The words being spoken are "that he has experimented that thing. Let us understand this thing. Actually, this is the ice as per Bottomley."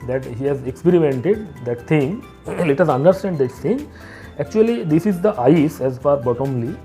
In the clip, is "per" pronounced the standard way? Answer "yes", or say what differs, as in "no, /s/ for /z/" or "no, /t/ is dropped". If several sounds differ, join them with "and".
no, /f/ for /p/